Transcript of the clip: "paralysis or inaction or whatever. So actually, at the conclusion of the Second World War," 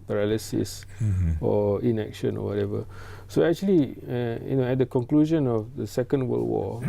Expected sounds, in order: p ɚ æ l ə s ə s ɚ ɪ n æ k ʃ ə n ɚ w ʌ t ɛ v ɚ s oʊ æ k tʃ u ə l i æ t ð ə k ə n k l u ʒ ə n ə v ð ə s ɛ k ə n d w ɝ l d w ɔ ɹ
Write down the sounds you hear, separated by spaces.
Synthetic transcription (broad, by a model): p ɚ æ l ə s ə s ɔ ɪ n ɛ k ʃ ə n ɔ w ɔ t ɛ v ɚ s oʊ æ k tʃ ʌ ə n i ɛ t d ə k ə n k l u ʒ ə n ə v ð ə s ɛ k ə n d w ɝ l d w ɔ